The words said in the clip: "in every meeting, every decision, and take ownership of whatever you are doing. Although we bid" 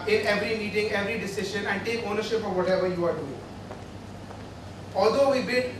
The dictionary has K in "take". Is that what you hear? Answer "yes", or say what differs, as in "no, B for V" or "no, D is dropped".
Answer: yes